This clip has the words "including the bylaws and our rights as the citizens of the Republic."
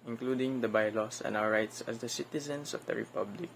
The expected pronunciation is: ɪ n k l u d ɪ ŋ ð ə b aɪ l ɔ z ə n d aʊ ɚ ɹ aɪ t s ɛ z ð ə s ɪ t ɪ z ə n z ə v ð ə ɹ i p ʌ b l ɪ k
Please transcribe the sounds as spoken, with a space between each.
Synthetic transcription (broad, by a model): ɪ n k l u d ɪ ŋ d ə b aɪ l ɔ s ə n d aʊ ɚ ɹ aɪ t s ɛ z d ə s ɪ t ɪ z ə n s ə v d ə ɹ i p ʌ b l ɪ k